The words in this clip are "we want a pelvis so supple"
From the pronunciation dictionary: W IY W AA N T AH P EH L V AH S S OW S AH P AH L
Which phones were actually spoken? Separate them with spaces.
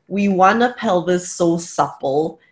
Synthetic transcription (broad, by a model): W IY W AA N AH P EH L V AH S S OW S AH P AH L